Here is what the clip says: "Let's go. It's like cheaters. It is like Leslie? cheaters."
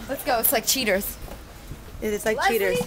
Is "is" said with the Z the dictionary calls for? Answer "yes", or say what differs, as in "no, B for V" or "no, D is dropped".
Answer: no, S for Z